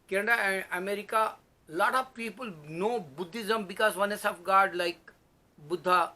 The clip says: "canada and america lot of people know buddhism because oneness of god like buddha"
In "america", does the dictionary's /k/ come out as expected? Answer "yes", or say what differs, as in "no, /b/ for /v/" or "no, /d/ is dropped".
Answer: yes